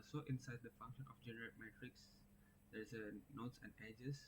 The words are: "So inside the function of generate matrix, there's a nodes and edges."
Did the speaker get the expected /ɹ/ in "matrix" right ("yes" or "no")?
yes